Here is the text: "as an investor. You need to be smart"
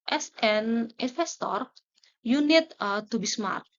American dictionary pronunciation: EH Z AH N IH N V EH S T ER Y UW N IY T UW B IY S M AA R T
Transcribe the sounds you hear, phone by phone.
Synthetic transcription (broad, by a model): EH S AH N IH N F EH S T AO Y UW N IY T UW B IY S M AA R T